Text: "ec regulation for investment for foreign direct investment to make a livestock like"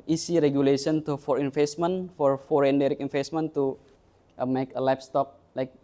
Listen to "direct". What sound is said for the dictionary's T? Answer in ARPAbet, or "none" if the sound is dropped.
none